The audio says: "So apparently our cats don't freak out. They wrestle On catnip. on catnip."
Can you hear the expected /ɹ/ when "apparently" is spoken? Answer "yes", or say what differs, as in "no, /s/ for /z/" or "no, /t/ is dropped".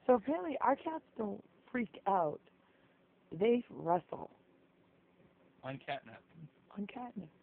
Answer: no, /l/ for /ɹ/